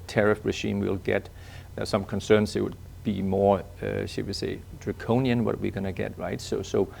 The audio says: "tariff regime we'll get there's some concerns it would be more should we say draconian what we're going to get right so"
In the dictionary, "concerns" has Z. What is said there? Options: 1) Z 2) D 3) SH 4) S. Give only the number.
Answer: 4